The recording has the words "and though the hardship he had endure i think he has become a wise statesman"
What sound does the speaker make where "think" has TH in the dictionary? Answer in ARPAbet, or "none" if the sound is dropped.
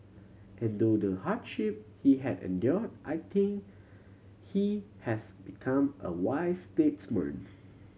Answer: T